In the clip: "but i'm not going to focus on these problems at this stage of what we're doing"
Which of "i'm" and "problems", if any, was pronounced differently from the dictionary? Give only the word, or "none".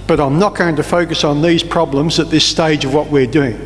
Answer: none